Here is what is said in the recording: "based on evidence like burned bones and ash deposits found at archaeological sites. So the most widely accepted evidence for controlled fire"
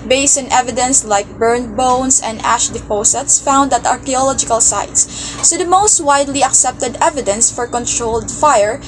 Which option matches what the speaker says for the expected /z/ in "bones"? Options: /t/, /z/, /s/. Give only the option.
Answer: /s/